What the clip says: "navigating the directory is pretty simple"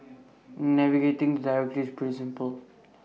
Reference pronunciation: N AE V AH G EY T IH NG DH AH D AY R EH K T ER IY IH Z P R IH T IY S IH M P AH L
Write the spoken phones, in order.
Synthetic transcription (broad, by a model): N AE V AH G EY T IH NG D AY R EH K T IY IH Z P IH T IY S IH M P AH L